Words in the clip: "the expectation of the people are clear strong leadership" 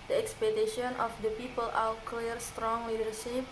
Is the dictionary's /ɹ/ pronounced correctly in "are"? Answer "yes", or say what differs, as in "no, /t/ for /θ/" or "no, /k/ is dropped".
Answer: no, /w/ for /ɹ/